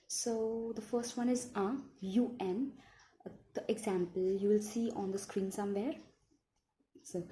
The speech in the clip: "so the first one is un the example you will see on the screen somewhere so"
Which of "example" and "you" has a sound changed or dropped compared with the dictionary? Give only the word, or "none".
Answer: none